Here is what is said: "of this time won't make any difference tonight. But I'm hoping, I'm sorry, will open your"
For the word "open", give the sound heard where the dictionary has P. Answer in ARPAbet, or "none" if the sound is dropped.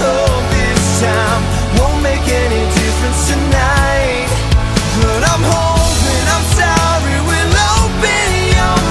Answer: B